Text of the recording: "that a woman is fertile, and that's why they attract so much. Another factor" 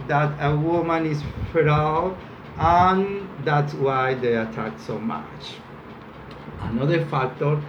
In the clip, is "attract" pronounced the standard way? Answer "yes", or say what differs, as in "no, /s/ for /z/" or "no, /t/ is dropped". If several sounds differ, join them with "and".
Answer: no, /ɹ/ is dropped